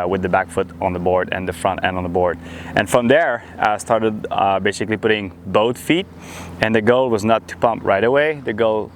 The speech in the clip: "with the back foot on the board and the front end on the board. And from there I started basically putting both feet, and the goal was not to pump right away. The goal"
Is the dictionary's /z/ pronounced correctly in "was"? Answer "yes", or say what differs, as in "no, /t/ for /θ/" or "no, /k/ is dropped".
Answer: yes